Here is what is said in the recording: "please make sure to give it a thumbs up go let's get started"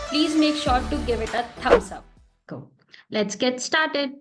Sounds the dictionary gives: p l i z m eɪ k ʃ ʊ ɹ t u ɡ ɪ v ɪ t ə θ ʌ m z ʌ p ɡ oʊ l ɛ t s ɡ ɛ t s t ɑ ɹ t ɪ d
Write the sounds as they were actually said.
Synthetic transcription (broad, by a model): p l i z m eɪ k ʃ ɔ t u ɡ ɪ v ɪ t ə t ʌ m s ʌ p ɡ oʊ l ɛ t s ɡ ɛ t s t ɑ ɹ t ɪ d